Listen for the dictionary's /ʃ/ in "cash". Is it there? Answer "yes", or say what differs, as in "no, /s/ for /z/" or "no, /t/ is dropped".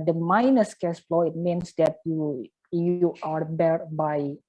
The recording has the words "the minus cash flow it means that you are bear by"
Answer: no, /s/ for /ʃ/